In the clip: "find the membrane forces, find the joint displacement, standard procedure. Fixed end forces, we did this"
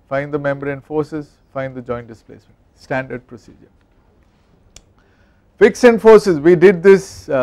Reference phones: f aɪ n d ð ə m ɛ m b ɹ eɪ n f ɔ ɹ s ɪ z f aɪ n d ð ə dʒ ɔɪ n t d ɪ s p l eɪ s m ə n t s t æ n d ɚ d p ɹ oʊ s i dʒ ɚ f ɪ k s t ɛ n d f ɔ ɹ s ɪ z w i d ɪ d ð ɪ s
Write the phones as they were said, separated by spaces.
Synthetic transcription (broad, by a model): f aɪ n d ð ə m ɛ m b ɹ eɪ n f ɔ ɹ s ɪ z f aɪ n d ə dʒ ɔɪ n t d ɪ s p l eɪ s m ə n t s t æ n d ɚ d p ɹ oʊ s i dʒ ɚ f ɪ k s ɛ n d f ɔ ɹ s ɪ z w i d ɪ d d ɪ s